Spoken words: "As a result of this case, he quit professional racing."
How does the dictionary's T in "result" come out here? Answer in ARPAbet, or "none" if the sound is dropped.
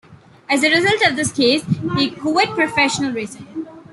T